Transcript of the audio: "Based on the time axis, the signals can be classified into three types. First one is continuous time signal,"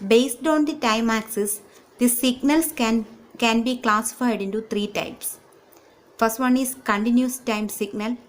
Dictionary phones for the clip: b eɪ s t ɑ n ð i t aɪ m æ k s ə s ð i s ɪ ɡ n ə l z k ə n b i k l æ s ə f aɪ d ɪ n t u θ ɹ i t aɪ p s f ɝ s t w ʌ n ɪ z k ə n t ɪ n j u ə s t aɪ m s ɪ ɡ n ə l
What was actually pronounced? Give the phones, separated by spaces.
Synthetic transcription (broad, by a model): b eɪ s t ɑ n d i t aɪ m æ k s ə s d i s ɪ ɡ n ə l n k ə n b i k l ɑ s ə f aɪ d ɪ n t u t ɹ i t aɪ p s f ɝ s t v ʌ n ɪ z k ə n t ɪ n j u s t aɪ m s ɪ ɡ n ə l